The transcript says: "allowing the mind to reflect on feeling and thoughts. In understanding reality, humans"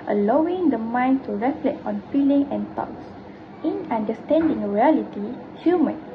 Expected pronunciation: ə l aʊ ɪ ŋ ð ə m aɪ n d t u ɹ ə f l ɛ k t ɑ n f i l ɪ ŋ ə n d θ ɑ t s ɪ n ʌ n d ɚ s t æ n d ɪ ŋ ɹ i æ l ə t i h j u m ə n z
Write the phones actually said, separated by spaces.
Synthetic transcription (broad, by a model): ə l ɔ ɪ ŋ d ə m aɪ n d t u ɹ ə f l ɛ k ɑ n f i l ɪ ŋ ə n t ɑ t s ɪ n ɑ n d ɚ s t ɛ n d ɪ ŋ ɹ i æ l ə t i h j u m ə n